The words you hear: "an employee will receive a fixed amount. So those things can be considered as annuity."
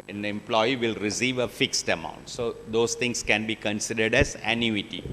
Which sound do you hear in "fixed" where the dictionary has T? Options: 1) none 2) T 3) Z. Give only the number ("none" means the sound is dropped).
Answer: 2